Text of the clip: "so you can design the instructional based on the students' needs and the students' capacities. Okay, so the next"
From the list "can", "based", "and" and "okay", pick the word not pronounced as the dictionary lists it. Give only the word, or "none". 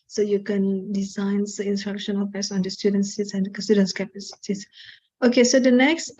based